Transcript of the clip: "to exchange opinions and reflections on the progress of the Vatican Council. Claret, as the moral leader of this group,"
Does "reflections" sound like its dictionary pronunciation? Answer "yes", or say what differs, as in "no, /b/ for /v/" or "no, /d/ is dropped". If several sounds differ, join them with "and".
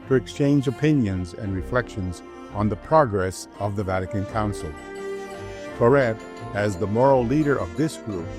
yes